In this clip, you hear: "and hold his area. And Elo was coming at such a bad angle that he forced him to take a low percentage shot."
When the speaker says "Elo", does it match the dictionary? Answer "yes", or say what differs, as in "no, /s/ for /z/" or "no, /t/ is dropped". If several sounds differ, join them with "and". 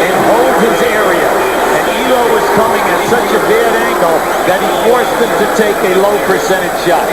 no, /l/ is dropped